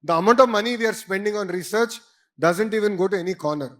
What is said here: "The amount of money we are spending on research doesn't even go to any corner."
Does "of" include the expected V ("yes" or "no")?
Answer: yes